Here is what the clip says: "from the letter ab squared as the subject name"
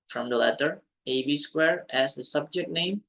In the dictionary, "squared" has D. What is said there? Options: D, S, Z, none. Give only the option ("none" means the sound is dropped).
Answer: none